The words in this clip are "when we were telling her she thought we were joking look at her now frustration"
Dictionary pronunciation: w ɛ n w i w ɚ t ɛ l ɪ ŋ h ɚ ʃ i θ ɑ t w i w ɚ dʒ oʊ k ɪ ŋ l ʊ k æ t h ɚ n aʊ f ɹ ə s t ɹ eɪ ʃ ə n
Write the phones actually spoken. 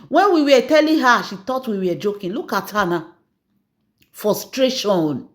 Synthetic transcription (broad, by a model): w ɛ n w i w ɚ t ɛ l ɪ h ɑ ʃ i t ɑ t w i w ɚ dʒ oʊ k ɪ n l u k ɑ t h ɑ n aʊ f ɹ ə s t ɹ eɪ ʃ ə n